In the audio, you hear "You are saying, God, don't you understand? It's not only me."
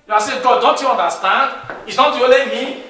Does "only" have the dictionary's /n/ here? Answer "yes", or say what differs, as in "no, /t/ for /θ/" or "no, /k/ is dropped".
no, /n/ is dropped